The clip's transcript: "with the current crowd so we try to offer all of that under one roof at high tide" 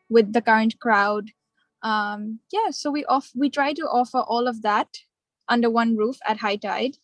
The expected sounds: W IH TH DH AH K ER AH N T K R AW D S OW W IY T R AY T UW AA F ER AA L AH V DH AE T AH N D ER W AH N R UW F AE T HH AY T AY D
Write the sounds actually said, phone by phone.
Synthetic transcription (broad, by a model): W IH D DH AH K ER AH N T K R AW D S OW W IY T R AY T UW AA F ER AA L AH V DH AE T AH N D ER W AH N R UW F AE T HH AY T AY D